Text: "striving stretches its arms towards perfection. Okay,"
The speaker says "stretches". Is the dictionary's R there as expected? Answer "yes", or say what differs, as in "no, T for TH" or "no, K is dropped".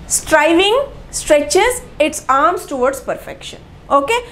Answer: yes